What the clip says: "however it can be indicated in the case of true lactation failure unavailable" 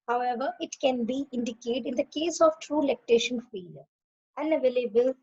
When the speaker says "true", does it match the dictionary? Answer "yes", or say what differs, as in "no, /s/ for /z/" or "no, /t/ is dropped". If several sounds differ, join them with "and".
yes